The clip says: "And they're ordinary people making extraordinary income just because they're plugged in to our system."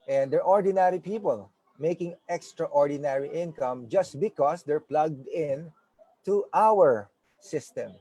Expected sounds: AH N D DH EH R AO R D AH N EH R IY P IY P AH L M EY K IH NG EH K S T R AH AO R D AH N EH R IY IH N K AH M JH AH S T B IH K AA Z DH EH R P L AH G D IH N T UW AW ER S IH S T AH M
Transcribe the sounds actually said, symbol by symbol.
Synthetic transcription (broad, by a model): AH N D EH R AO R D AH N EH R IY P IY P AH L M EY K IH NG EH K S T R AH AO R D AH N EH R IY IH N K AH M JH AH S T B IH K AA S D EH R P L AH G D IH N T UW AW ER S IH S T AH M